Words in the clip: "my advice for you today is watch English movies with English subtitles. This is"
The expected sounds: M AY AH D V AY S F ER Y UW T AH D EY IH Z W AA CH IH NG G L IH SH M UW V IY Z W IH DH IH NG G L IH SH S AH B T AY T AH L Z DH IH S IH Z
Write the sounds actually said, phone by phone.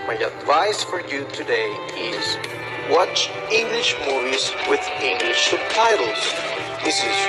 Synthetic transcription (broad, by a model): M AY AH D V AY S F ER Y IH T AH D EY IH Z W AA CH IH NG G L IH SH M UW V IY Z W IH DH IH NG G L IH SH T AY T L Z DH IH S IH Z